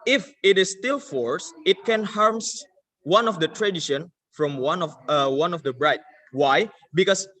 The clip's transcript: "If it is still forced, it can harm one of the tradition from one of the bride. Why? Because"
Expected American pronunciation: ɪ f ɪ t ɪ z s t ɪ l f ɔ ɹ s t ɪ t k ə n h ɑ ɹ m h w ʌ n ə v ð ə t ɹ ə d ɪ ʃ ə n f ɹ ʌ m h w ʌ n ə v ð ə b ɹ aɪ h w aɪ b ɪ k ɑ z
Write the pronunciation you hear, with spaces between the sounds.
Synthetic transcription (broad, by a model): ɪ f ɪ t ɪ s t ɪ l f ɔ ɹ s ɪ t k ə n h ɑ ɹ m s w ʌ n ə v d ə t ɹ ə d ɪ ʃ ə n f ɹ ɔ m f w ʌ n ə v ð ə b ɹ aɪ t w aɪ b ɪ k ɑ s